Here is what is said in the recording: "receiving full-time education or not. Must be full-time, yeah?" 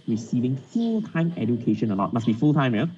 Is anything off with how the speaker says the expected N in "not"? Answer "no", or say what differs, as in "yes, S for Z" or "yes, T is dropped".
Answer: yes, L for N